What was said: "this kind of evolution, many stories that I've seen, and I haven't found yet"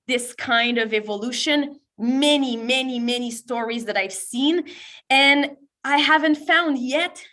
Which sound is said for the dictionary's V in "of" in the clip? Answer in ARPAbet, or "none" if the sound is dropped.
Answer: V